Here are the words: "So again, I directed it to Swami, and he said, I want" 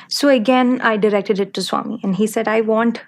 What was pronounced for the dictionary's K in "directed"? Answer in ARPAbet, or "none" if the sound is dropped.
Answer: K